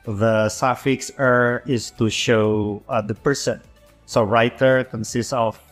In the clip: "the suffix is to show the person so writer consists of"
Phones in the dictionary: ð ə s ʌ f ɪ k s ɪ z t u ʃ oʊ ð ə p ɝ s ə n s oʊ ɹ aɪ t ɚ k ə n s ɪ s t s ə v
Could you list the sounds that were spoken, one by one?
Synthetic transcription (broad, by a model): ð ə s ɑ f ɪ k s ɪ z t u ʃ oʊ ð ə p ɝ s ə n s oʊ ɹ aɪ t ɚ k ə n s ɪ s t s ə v